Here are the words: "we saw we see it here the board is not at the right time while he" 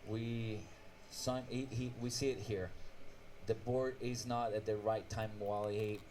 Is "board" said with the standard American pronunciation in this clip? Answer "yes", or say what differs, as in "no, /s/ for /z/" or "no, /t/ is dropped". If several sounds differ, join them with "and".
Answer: yes